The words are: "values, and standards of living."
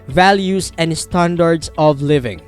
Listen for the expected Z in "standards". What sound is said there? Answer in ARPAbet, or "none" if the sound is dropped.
S